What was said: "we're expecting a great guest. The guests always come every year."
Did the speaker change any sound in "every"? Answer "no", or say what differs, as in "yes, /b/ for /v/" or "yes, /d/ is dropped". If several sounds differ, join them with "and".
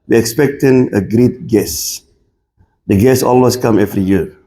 yes, /f/ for /v/